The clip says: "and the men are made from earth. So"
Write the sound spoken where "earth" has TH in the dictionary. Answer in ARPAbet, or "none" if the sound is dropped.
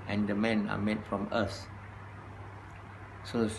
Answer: S